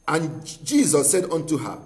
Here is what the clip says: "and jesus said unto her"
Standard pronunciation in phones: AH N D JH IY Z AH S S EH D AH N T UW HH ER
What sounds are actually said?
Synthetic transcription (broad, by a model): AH N JH IY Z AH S S EH D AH N T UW HH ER